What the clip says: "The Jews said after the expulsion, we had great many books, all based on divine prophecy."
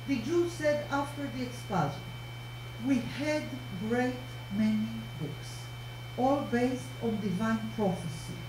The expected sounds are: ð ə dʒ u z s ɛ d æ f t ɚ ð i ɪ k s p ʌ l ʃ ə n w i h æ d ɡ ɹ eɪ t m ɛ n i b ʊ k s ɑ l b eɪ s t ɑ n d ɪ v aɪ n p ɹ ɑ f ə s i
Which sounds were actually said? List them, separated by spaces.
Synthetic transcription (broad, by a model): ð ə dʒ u s ɛ d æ f t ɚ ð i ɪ k s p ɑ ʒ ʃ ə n w i h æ d ɡ ɹ eɪ t m ɛ n i b ʊ k s ɑ l b eɪ s t ɑ n d ɪ v aɪ n p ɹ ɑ f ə s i